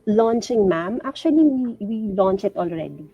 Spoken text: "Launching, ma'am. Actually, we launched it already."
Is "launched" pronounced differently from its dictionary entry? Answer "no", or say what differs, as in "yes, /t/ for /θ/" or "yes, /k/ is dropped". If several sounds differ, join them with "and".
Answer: yes, /t/ is dropped